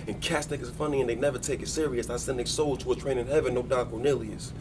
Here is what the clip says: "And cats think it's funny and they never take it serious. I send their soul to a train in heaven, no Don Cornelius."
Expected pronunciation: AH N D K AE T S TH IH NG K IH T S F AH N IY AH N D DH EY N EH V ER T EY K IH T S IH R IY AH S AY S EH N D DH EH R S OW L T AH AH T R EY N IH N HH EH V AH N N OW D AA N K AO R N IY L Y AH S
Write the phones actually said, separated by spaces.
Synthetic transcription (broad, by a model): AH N K AE S T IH K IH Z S F AH N IY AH N DH EY N EH V ER T EY K IH T S IH R IY AH S AY S EH N D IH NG S OW L T AH AH T R EY N IH N HH EH V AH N N OW D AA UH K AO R N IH L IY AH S